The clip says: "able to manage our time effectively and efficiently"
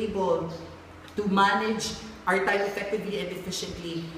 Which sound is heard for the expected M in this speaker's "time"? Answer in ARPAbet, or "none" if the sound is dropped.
none